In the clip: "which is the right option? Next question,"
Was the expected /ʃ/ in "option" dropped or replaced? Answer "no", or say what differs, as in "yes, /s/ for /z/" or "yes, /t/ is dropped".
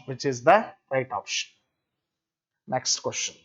no